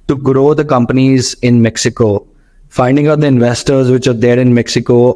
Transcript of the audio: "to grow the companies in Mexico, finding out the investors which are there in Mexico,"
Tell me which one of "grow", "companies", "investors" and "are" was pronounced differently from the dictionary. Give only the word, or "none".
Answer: none